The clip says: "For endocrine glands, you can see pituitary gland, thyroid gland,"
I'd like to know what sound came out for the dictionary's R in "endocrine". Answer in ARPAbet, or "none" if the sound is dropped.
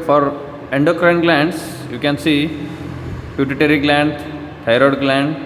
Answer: R